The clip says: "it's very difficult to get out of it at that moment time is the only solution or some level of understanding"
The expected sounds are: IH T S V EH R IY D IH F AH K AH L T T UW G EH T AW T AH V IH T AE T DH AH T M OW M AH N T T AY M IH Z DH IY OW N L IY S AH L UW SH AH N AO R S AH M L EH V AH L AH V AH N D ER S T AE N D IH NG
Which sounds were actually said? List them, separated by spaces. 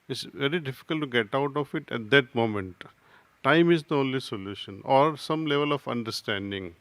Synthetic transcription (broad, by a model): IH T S V EH R IY D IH F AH K AH L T T UW G EH T AW T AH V IH T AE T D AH T M OW M AH N T T AY M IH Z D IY OW N L IY S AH L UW SH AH N AO R S AH M L EH V AH L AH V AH N D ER S T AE N D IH NG